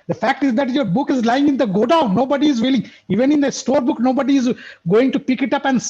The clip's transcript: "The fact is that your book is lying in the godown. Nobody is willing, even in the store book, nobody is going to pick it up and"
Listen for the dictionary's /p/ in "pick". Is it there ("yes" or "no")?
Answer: yes